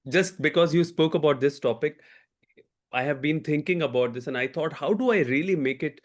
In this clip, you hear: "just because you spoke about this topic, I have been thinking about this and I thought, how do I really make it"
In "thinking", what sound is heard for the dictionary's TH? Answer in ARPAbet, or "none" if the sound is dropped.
T